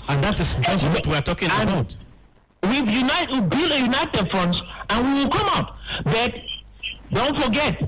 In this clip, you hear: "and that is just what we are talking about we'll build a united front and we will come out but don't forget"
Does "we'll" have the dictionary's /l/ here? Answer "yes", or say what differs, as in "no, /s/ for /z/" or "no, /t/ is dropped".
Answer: no, /w/ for /l/